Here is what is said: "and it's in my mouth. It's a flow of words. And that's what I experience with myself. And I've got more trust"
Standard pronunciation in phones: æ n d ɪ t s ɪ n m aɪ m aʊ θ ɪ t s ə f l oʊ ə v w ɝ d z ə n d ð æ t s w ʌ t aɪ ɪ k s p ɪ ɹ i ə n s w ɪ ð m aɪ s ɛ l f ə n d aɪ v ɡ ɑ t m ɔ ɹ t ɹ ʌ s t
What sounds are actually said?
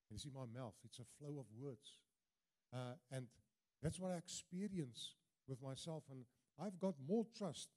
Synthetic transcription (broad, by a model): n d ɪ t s ɪ n m aɪ m aʊ θ ɪ t s ə f l oʊ ə v w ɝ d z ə n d ð æ t s w ʌ t aɪ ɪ k s p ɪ ɹ i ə n s w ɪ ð m aɪ s ɛ l f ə n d aɪ v ɡ ɑ t m ɔ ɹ t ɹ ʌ s t